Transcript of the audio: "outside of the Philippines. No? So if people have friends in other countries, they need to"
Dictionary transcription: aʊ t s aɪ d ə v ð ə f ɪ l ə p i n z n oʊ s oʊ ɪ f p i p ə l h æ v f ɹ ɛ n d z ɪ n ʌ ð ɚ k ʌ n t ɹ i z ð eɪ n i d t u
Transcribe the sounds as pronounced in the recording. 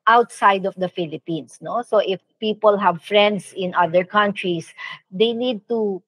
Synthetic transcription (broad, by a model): aʊ t s aɪ d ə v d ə f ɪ l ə p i n s n oʊ s oʊ ɪ f p i p ə l h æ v f ɹ ɛ n d s ɪ n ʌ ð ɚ k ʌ n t ɹ i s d eɪ n i d t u